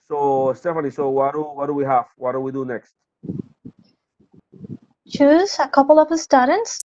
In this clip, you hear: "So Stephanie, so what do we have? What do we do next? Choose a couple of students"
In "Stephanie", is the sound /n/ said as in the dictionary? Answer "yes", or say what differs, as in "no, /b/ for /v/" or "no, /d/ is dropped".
no, /l/ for /n/